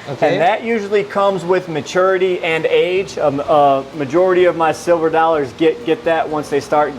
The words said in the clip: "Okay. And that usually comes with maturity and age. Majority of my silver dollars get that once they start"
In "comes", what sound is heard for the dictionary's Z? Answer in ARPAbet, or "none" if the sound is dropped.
Z